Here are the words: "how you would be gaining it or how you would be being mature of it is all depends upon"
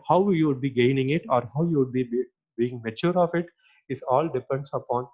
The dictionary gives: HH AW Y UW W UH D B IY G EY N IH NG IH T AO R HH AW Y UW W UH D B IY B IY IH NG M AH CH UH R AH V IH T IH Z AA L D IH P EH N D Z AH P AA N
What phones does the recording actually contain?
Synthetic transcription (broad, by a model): HH AW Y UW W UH D B IY G EY N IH NG IH T AO R HH AW Y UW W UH D B IY B IY IH NG M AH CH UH R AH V IH T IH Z AA L D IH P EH N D S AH P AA N